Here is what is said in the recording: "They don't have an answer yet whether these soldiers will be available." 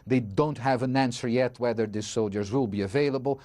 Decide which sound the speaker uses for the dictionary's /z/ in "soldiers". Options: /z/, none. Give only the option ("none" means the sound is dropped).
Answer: /z/